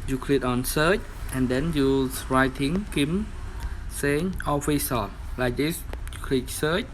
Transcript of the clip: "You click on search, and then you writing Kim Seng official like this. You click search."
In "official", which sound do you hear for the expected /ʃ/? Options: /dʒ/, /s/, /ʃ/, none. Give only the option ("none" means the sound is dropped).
/s/